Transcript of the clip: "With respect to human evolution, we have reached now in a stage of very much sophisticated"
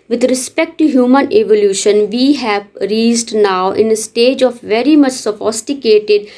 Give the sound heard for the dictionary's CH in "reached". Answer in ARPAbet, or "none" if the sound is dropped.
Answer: S